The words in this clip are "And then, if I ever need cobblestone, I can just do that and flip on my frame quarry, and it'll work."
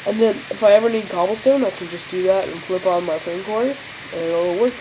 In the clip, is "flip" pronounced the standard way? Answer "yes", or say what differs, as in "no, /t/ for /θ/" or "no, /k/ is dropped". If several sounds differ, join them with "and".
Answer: yes